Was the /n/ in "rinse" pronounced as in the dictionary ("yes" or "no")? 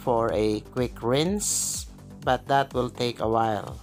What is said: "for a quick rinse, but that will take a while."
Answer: yes